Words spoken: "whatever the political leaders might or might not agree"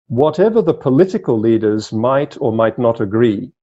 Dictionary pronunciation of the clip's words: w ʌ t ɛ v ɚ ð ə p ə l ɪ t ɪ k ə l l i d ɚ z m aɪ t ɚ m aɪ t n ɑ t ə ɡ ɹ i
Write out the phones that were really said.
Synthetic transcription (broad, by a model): w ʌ t ɛ v ɚ ð ə p ə l ɪ t ɪ k ə l l i d ɚ z m aɪ t ɚ m aɪ t n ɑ t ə ɡ ɹ i